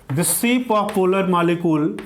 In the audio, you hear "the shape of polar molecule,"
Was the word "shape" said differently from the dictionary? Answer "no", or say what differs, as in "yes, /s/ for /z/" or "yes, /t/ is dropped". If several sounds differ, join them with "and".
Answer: yes, /s/ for /ʃ/